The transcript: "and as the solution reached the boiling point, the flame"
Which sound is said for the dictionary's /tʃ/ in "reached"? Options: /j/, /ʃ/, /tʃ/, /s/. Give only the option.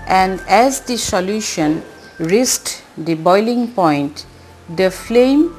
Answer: /s/